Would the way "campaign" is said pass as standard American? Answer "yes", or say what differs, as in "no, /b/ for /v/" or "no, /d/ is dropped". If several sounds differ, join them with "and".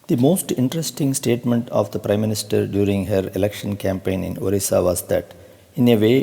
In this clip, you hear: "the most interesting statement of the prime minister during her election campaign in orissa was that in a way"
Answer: yes